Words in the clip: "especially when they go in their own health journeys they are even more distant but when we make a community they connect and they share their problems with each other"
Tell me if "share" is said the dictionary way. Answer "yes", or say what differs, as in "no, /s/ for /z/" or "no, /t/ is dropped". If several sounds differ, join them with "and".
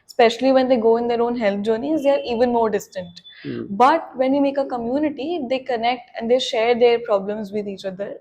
yes